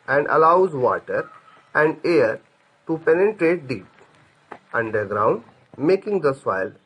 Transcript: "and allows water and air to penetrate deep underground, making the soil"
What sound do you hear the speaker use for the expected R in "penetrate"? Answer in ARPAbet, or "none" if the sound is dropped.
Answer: R